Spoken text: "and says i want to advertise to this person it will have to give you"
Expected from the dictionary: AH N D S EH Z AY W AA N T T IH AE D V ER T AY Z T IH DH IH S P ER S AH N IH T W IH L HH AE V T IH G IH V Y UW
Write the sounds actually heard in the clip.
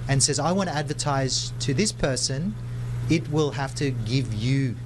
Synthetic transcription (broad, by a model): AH N S EH Z AY W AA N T T IH AE D V ER T AY Z T IH DH IH S P ER S AH N IH T W IH L HH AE F T IH G IH V Y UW